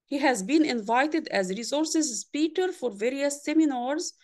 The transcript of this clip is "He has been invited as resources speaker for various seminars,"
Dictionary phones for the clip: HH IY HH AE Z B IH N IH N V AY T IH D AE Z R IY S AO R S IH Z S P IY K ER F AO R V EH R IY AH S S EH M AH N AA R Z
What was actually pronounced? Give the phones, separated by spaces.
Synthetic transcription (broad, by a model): HH IY HH AE Z B IH N IH N V AY T IH D AE Z R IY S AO R S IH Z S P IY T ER F AO R V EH R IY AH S S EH M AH N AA R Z